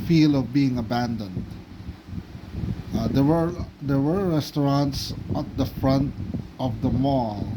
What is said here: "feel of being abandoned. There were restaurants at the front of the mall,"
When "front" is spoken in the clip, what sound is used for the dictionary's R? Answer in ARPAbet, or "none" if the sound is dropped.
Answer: R